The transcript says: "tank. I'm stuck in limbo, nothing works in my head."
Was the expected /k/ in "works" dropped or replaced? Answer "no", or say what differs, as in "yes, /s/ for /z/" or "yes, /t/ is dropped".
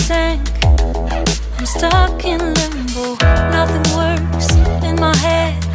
yes, /k/ is dropped